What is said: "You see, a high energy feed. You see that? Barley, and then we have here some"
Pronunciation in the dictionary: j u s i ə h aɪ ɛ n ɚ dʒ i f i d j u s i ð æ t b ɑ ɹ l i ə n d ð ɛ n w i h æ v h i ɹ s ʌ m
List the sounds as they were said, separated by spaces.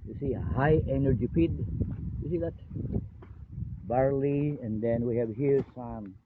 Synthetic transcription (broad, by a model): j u s i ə h aɪ ɛ n ɚ dʒ i p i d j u s i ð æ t b ɑ ɹ l i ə n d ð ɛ n w i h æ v h i ɹ s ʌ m